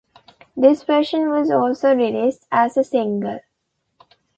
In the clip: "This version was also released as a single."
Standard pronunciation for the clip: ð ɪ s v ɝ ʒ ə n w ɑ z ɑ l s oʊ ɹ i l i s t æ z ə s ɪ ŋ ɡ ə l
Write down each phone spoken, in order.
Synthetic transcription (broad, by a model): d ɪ s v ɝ ʃ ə n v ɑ z ɑ l s oʊ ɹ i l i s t æ z ə s ɪ ŋ ɡ ə l